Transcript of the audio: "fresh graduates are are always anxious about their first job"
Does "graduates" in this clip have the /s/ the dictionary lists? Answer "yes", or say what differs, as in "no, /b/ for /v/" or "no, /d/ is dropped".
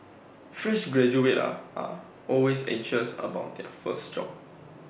no, /s/ is dropped